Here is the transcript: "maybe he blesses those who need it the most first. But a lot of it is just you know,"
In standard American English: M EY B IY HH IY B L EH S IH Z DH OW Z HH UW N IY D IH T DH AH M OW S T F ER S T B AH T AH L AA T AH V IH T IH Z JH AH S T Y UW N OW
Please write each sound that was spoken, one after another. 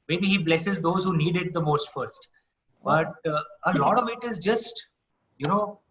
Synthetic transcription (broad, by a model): M EY B IY HH IY B L EH S IH Z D OW Z HH UW N IY D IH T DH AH M OW S T F ER S T B AH T AH L AA T AH V IH T IH Z JH AH S T Y UW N OW